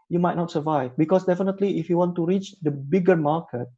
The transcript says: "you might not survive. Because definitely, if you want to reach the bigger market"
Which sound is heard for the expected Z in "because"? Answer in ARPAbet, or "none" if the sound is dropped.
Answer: S